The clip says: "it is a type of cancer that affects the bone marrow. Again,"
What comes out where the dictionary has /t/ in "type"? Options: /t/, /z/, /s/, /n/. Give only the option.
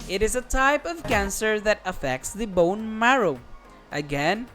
/t/